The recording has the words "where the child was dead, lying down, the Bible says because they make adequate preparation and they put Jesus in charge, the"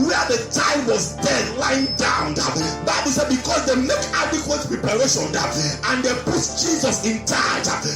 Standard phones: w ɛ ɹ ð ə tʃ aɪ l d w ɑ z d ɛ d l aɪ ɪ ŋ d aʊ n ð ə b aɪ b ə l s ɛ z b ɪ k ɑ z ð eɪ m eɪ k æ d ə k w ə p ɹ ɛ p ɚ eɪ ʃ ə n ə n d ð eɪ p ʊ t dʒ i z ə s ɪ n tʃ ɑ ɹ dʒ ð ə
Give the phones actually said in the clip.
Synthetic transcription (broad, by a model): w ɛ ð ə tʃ aɪ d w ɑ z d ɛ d l aɪ ɪ ŋ d aʊ n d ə b aɪ b ə l s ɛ b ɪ k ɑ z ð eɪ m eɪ k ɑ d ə k w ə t ɹ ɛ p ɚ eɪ ʃ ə n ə n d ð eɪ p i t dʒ i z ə s ɪ n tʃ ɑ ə